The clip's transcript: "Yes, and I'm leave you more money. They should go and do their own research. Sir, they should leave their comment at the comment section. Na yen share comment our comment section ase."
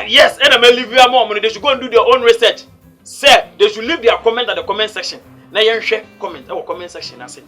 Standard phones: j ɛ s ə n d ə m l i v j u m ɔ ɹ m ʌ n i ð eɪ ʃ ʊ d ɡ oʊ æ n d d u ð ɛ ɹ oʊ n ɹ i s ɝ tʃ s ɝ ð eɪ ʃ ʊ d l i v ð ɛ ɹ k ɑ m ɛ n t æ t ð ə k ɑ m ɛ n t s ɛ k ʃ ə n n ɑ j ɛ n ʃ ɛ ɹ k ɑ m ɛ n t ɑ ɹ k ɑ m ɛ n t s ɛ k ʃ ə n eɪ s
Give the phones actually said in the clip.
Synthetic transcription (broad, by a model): j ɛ s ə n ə m l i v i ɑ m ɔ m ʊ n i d eɪ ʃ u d ɡ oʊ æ n d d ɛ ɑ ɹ oʊ n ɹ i s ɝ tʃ s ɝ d eɪ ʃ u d l i v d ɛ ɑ k ɑ m ɛ n t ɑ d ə k ɑ m ɛ n t s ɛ k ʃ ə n n ɑ j ɛ n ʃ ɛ k ɑ m ɛ n t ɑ w k ɑ m ɛ n t s ɛ k ʃ ə n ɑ s